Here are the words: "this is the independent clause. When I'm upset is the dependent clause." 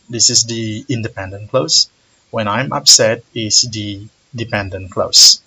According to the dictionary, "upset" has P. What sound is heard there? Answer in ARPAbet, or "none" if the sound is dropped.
P